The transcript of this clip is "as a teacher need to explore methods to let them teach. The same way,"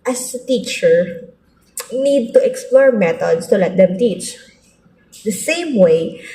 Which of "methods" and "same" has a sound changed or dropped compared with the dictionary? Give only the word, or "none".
methods